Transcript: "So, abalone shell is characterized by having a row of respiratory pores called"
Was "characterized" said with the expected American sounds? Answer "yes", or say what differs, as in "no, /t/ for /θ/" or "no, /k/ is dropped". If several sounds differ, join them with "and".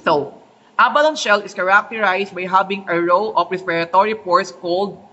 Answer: no, /s/ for /z/